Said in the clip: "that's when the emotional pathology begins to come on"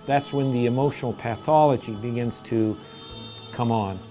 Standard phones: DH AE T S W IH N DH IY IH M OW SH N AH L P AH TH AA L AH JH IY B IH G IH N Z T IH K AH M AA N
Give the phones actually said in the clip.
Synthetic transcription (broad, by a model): DH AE T S W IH N DH IY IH M OW SH N L P AH TH AA L AH JH IY B IH G IH N Z T IH K AH M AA N